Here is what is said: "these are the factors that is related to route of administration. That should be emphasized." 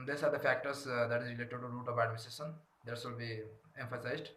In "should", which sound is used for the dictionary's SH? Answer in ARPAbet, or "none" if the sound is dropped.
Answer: S